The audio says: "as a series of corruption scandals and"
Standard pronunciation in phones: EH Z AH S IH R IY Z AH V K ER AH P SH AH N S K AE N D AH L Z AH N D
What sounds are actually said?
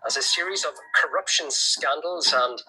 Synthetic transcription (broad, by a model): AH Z AH S IH R IY Z AH V K ER AH P SH AH N S K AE N D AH L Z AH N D